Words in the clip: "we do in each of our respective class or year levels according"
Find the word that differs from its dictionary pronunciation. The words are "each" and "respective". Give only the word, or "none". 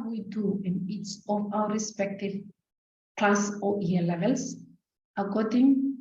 each